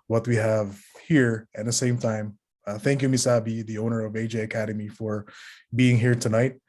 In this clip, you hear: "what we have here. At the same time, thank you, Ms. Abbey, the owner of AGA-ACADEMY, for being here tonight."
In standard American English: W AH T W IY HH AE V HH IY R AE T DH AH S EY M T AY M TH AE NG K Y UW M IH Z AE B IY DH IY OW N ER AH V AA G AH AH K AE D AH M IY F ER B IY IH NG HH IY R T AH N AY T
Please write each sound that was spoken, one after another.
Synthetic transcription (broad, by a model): W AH T W IY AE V HH IY R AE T DH AH S EY M T AY M TH AE NG K Y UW M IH S AE B IY DH IY OW N ER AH V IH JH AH AH K AE D AH M IY F ER B IY IH NG HH IY R T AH N AY T